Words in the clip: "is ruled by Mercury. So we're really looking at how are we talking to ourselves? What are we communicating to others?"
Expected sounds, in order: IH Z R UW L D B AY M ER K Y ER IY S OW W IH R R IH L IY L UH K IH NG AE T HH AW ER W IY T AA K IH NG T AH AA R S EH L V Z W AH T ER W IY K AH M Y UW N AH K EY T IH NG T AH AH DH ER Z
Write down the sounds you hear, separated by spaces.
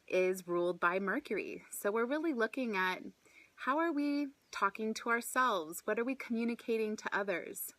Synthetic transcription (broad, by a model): IH Z R UW L D B AY M ER K Y ER IY S OW W IH R R IH L IY L UH K IH NG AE T HH AW ER W IY T AA K IH NG T AH AA R S EH L V Z W AH T ER W IY K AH M Y UW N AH K EY T IH NG T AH AH DH ER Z